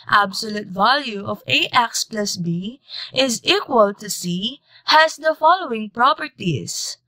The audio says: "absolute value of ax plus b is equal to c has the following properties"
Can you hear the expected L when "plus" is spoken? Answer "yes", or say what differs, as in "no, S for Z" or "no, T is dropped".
yes